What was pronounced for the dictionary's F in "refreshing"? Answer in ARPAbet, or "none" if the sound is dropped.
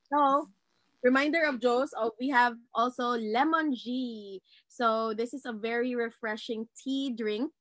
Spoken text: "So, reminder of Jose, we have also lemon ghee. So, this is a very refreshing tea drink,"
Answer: F